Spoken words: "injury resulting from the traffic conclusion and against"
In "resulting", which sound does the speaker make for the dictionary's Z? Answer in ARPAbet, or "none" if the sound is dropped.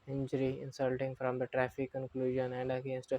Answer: S